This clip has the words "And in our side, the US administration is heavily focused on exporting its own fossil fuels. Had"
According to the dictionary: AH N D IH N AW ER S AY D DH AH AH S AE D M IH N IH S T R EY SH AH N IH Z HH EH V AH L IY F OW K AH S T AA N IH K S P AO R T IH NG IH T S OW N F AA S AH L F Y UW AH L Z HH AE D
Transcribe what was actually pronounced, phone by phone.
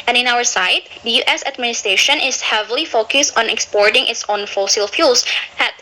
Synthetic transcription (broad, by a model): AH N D IH N AW ER S AY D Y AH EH S AE D M IH N IH S T R EY SH AH N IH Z HH EH V AH L IY F OW K AH S T AA N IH K S P AO R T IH NG IH T S OW N F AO S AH L F Y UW L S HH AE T